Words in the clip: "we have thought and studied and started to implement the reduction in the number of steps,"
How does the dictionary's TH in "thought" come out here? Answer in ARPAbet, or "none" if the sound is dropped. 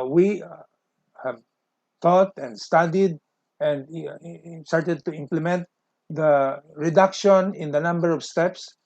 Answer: T